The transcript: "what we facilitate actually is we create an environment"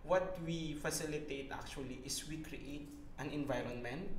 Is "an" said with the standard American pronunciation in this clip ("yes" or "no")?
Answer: yes